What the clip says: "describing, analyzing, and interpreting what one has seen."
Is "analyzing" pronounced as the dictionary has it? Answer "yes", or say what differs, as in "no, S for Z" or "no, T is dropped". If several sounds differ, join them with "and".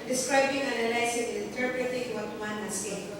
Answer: no, S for Z